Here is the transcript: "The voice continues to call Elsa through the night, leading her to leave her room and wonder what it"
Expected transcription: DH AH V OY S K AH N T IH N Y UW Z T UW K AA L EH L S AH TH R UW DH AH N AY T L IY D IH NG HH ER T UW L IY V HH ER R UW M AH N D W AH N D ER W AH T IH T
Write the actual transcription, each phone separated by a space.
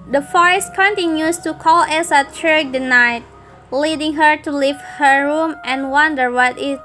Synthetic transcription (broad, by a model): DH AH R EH S K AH N T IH N Y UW S T UW K AA L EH S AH T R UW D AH N AY T L IY D IH NG HH ER T UW L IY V HH ER R UW M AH N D W AH N D ER W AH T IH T